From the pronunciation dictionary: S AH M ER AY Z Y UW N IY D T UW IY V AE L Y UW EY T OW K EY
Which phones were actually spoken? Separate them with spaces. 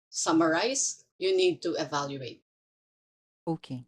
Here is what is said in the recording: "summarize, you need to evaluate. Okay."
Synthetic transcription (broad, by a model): S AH M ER AY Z Y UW N IY D T UW IY V AE L Y UW EY T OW K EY